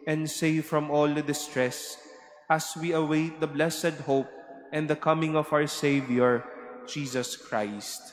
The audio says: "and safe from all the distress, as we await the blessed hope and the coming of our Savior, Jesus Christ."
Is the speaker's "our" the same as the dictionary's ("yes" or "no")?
no